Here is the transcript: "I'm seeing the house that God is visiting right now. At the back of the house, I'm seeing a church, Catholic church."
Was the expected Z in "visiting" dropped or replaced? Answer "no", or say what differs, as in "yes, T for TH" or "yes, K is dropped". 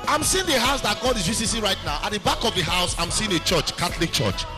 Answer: yes, S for Z